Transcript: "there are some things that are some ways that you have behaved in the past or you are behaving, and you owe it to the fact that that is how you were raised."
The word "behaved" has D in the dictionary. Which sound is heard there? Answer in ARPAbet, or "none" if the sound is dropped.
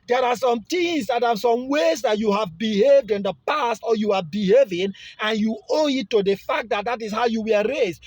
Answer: D